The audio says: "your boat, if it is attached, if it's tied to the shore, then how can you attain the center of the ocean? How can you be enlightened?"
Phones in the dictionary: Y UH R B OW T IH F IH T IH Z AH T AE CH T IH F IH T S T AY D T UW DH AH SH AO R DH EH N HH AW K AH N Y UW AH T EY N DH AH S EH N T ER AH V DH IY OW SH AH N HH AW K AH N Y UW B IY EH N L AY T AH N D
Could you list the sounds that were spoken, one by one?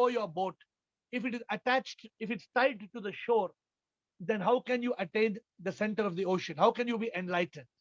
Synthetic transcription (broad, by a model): Y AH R B OW T IH F IH T IH Z AH T AE CH T IH F IH T S T AY D T UW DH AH SH AO R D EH N HH AW K AH N Y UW AH T EY N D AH S EH N T ER AH V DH IY OW SH AH N HH AW K AH N Y UW B IY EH N L AY T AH N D